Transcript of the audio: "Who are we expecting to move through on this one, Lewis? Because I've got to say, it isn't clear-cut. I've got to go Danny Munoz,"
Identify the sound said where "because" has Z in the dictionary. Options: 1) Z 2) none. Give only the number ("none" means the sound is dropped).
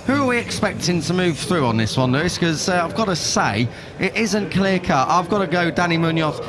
2